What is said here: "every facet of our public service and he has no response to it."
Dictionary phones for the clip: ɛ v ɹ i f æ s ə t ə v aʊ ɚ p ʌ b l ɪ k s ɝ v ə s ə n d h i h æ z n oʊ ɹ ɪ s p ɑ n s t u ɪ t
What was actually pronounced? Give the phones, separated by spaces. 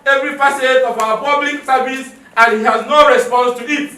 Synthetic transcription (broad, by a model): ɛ v ɹ i p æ s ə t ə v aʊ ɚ p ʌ b l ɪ k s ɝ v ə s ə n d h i h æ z n oʊ ɹ ɪ s p ɑ n s t u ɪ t